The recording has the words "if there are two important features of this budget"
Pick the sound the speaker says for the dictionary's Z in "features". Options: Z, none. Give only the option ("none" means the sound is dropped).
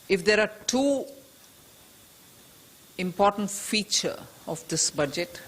none